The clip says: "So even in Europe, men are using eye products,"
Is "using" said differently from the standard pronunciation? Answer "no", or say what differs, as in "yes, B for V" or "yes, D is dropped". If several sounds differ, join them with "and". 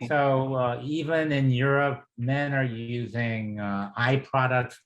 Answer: no